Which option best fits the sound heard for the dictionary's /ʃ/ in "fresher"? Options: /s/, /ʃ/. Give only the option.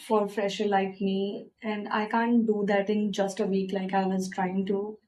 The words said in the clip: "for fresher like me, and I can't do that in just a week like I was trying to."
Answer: /ʃ/